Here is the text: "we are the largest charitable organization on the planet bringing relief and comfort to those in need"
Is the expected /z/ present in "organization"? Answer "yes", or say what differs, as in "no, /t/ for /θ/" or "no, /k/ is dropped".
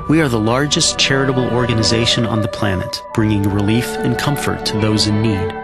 yes